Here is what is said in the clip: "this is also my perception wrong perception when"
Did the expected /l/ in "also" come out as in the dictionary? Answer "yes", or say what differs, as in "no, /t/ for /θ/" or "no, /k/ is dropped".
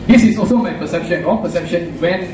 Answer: yes